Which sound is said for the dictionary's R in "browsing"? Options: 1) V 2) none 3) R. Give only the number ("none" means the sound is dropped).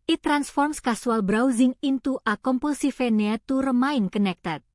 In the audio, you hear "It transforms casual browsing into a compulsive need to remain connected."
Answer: 3